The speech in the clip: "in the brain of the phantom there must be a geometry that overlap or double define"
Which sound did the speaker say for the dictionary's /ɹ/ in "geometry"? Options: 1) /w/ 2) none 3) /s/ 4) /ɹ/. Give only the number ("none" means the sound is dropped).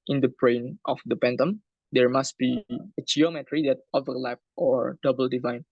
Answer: 4